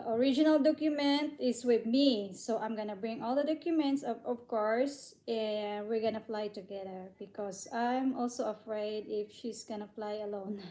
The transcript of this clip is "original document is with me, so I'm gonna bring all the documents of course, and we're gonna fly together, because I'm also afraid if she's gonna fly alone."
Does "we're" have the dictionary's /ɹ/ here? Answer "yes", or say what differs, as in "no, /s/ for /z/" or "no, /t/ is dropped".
yes